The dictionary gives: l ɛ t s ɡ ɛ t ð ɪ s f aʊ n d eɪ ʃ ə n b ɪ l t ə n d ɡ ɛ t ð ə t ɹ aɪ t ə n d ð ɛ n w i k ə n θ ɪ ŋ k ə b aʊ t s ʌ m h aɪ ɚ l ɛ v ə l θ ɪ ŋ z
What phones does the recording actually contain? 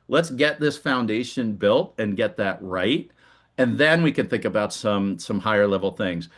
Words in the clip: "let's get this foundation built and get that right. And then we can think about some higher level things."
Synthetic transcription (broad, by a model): l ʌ t s ɡ ɛ t ð ɪ s f aʊ n d eɪ ʃ ə n b ɪ l t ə n ɡ ɛ t ð ə t ɹ aɪ t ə n ð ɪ n w i k ə n θ ɪ ŋ k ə b aʊ t s ʌ m h aɪ ɚ l ɛ v l θ ɪ ŋ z